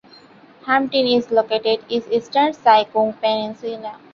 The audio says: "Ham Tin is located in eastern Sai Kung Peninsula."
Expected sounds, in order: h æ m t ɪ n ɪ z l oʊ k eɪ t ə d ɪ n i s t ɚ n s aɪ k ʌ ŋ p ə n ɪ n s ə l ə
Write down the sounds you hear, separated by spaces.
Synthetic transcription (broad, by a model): h æ m t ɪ n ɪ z l oʊ k eɪ t ə d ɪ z i s t ɚ n s aɪ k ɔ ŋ p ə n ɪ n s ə n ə